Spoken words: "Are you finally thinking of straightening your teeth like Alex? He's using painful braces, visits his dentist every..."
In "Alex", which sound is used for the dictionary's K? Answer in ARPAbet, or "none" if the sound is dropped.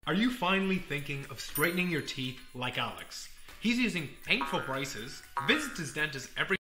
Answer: K